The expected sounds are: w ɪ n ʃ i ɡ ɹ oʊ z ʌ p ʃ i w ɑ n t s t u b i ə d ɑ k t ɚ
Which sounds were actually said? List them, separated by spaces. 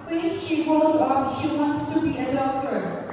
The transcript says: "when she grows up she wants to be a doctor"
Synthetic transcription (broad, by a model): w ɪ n ʃ i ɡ oʊ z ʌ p ʃ i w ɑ n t s t u b i ə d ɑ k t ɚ